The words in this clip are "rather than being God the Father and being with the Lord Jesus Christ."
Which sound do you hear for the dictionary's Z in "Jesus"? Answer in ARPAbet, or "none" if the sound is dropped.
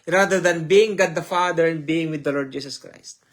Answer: S